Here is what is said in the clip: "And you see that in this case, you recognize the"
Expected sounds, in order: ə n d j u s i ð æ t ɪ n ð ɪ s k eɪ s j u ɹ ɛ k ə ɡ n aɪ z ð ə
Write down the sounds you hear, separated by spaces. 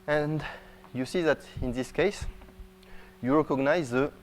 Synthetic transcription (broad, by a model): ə n d j u s i ð æ t ɪ n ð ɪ s k eɪ s j u ɹ ɛ k ə ɡ n aɪ z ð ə